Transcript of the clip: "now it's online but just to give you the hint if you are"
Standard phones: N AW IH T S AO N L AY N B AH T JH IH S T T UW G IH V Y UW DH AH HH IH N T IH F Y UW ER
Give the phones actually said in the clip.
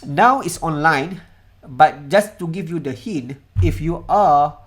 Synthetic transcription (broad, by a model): N AW IH T S AO N L AY N B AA T JH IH S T T UW G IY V Y UW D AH HH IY N IH F Y UW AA